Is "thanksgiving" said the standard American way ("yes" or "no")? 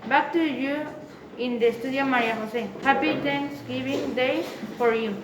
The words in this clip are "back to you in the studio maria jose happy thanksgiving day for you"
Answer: no